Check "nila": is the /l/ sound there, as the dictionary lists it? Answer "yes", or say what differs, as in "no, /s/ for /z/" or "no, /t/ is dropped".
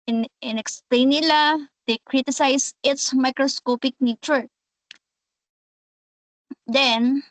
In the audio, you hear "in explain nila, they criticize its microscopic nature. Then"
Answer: yes